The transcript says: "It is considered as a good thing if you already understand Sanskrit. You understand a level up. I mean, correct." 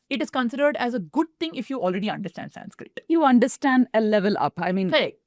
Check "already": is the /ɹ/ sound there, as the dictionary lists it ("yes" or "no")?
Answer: yes